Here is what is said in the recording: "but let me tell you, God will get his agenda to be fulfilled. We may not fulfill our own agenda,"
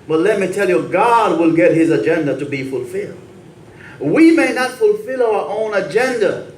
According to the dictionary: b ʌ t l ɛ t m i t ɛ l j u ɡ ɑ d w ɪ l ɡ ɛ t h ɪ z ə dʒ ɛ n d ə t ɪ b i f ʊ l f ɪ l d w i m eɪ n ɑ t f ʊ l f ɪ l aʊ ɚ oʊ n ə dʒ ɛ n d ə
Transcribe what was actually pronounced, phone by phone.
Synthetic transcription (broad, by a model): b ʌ t l ɛ t m i t ɛ l j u ɡ ɑ d w ɪ l ɡ ɛ t h ɪ z ə dʒ ɛ n d ə t ɪ b i f ʊ l f ɪ l d w i m eɪ n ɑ t f ʊ l f ɪ l aʊ ɚ oʊ n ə dʒ ɛ n d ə